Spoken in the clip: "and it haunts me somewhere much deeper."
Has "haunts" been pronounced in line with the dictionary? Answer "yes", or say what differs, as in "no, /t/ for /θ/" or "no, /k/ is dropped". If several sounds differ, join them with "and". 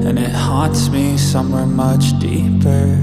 no, /n/ is dropped